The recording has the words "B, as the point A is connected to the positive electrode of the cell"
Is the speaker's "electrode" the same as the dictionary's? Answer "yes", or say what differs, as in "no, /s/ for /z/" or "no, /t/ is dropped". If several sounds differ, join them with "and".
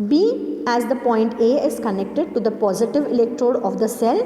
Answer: yes